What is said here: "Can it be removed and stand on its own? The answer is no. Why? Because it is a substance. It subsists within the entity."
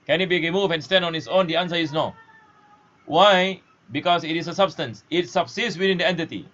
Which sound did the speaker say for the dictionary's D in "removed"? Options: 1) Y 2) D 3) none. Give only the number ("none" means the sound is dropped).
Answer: 3